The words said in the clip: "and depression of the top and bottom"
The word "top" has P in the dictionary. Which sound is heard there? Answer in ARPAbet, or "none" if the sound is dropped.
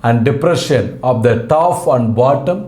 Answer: F